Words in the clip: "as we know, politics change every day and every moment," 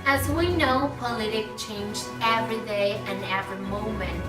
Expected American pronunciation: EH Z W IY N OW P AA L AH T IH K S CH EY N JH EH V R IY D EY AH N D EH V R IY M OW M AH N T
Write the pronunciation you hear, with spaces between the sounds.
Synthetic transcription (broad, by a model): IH Z W IY N OW P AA L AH T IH K CH EY N JH EH V R IY D EY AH N EH V R IY M OW M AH N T